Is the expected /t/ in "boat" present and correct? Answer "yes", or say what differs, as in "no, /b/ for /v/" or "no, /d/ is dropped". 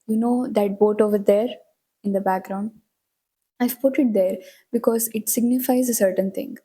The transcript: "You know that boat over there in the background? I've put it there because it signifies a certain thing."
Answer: yes